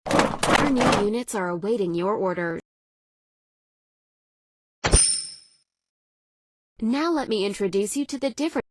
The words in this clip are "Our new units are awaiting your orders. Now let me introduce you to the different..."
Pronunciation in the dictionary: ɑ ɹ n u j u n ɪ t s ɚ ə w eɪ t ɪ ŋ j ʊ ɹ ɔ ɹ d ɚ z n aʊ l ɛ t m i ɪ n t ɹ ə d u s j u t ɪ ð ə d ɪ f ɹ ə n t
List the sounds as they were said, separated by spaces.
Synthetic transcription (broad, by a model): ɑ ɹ n u j u n ɪ t s ɚ ə w eɪ t ɪ ŋ j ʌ ɹ ɔ ɹ d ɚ n aʊ l ɛ t m i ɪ n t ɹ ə d u s j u t ɪ ð ə d ɪ f ɹ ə